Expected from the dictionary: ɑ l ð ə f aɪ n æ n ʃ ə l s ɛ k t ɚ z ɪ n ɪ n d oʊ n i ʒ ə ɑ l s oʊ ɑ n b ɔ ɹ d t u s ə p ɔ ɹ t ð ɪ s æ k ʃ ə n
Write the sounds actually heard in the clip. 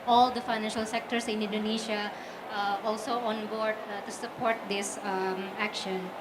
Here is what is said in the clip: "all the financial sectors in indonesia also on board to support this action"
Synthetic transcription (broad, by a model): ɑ l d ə f aɪ n æ n ʃ ə l s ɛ k t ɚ s ɪ n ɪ n d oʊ n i ʃ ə ɑ l s oʊ ɑ n b ɔ ɹ d t u s ə p ɔ ɹ t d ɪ s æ k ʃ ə n